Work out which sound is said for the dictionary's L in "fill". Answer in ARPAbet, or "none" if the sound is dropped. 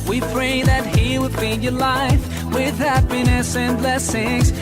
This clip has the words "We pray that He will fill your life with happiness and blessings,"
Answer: N